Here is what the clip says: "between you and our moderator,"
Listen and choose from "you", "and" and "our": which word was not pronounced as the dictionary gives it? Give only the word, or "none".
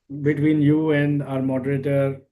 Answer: none